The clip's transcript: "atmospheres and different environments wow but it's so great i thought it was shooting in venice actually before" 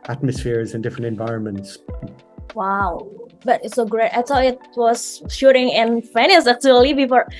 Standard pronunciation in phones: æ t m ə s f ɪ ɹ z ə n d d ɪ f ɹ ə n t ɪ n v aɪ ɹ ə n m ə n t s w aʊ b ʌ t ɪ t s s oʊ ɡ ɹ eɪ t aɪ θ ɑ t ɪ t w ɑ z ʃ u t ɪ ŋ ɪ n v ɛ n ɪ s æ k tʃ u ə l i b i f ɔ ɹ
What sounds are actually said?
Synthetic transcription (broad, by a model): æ t m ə s f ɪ ɹ z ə n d d ɪ f ɹ ə n t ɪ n v aɪ ɹ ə n m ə n t s w aʊ b ʌ t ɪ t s s oʊ ɡ ɹ eɪ t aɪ s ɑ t ɪ t w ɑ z ʃ u t ɪ ŋ ɪ n f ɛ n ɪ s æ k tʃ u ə l i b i f ɔ ɹ